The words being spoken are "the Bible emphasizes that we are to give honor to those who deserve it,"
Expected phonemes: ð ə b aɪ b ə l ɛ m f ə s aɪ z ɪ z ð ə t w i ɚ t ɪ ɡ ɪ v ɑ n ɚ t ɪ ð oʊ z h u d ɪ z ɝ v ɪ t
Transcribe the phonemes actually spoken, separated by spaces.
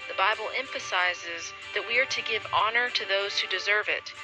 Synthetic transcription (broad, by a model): ð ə b aɪ b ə l ɛ m f ə s aɪ z ɪ z ð ə t w i ɚ t ɪ ɡ ɪ v ɑ n ɚ t ɪ ð oʊ z h u d ɪ z ɝ v ɪ t